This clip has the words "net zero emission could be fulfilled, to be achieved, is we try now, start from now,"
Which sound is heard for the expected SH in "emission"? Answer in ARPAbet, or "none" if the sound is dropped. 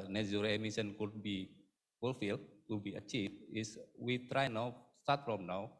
S